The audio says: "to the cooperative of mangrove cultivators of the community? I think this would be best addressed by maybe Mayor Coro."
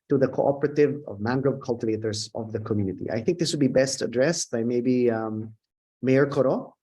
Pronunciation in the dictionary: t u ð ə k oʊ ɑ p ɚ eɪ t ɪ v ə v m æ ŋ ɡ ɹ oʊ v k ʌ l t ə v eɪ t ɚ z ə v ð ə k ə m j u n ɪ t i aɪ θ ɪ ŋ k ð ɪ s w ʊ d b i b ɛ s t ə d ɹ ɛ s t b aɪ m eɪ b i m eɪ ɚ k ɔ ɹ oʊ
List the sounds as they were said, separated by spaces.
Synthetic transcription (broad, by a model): t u ð ə k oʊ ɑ p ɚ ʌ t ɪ v ə v m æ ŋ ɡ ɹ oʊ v k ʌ l t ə v eɪ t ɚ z ə v ð ə k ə m j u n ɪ t i aɪ θ ɪ ŋ k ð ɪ s w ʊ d b i b ɛ s t ə d ɹ ɛ s t b aɪ m eɪ b i m eɪ ɚ k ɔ ɹ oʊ